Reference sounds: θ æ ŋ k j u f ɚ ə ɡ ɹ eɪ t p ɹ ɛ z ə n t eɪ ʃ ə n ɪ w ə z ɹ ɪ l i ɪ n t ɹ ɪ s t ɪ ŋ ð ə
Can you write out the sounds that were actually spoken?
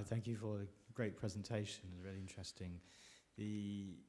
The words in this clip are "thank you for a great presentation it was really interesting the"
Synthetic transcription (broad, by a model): θ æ ŋ k j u f ɚ ə ɡ ɹ eɪ t p ɹ ɛ z ə n t eɪ ʃ ə n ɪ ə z ɹ ɪ l i ɪ n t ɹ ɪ s t ɪ ŋ ð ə